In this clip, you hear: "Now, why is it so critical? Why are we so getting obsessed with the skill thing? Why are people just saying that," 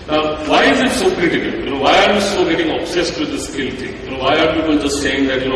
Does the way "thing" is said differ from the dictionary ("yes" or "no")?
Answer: yes